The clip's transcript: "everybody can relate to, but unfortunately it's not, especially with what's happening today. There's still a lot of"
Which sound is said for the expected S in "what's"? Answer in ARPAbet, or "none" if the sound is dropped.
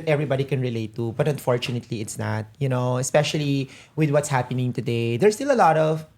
S